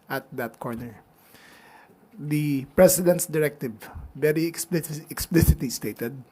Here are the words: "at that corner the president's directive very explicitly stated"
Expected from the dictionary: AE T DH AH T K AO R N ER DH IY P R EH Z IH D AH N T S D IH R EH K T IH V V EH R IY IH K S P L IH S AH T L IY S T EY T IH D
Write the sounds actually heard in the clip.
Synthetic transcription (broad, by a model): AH T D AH T K AO R N ER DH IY P R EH S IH D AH N T S D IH R EH K T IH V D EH L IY IH K S P L IH S AH T L IY S T EY T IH D